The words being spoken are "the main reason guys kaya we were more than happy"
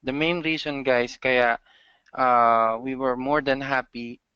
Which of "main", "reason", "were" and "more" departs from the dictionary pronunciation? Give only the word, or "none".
reason